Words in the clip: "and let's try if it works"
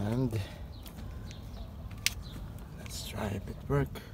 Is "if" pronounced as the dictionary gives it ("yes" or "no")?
no